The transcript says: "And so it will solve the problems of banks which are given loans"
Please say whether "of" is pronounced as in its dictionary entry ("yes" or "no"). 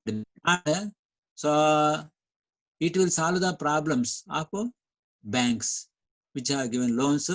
no